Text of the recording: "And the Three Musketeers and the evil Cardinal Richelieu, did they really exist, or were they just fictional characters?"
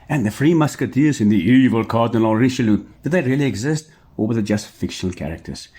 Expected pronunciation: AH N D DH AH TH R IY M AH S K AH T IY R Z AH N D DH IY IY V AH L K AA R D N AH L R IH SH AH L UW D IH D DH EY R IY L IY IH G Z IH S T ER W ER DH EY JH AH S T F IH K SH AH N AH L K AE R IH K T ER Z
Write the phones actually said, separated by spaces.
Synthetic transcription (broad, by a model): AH N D DH AH F R IY M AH S K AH T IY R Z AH N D DH IY IY V AH L K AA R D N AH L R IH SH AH L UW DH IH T DH EY R IY L IY IH G Z IH S T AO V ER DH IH JH AH S T F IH K SH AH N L K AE R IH K T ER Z